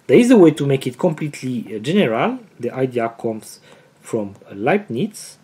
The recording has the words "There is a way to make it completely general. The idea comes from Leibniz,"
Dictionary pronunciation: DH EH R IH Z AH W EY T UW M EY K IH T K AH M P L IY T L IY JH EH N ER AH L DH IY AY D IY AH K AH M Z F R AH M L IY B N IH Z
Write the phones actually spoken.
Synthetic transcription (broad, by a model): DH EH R IH Z AH W EY T UW M EY K IH T K AH M P L IY T L IY JH EH N ER AH L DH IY AY D IY AH K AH M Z F R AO M L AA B N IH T